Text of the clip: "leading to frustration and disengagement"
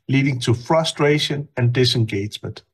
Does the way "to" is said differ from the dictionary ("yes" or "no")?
no